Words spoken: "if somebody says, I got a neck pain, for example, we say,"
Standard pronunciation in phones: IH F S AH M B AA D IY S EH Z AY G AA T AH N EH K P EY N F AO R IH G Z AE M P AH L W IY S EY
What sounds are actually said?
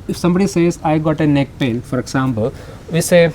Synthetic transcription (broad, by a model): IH F S AH M B AA D IY S EH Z AY G AA T AH N EH K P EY L F AO R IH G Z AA M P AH L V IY S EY